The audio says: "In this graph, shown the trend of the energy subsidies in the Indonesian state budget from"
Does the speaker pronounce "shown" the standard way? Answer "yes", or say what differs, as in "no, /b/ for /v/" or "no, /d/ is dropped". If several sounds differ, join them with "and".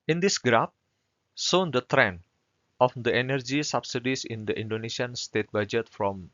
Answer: no, /s/ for /ʃ/